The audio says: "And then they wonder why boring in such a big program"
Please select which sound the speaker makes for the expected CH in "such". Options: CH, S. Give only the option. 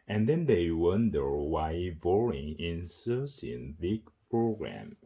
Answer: S